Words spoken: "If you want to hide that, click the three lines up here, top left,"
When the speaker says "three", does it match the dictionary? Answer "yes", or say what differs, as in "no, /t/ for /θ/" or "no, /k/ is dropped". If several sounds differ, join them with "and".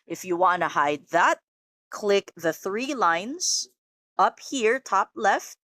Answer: yes